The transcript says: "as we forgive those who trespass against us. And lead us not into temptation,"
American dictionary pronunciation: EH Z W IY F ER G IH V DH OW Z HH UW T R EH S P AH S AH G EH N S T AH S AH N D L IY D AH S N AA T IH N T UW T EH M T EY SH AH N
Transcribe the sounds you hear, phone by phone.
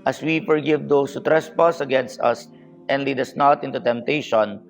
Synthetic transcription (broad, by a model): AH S W IY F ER G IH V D OW S HH UW T R EH S P AH S AH G EH N S T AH S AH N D L IY D AH S N AA T IH N T UW T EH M T EY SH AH N